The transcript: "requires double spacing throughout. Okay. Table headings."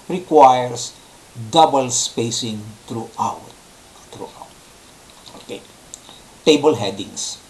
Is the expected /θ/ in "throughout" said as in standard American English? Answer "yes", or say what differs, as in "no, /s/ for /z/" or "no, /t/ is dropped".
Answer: no, /t/ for /θ/